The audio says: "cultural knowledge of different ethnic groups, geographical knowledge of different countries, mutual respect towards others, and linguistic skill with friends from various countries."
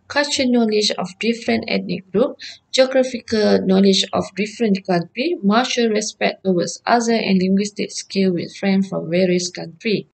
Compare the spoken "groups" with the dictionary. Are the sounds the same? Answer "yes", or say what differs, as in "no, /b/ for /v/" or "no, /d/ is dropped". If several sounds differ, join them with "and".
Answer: no, /s/ is dropped